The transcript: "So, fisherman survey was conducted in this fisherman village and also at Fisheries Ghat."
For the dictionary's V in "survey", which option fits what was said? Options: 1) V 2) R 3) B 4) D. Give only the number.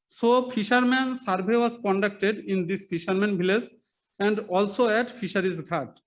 3